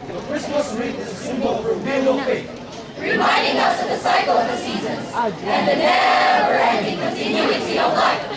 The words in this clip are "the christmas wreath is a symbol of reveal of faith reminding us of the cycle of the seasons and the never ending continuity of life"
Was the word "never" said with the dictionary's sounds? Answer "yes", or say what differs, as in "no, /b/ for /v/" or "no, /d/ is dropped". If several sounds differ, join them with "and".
no, /v/ is dropped